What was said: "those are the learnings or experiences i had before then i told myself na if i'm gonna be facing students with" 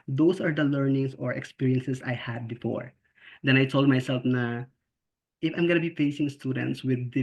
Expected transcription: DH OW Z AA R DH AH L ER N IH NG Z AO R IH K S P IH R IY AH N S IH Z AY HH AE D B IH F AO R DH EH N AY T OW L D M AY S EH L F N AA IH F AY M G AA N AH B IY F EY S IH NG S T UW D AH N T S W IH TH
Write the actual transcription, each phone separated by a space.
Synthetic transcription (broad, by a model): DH OW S AA R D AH L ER N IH NG S AO R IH K S P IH R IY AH N S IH S AY HH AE D B IH F AO R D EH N AY T OW L D M AY S EH L F N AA IH F AY M G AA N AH B IY F EY S IH NG S T UW D AH N T S W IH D